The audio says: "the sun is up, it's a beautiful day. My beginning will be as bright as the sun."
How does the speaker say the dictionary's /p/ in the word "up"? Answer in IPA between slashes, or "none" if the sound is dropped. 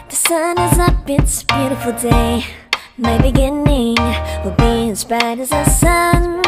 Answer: /b/